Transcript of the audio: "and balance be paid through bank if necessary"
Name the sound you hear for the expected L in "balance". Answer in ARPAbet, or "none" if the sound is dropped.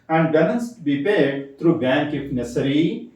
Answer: N